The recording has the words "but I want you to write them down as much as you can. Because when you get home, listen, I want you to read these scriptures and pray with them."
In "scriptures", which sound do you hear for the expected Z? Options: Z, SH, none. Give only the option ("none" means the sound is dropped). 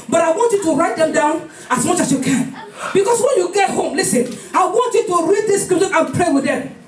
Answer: none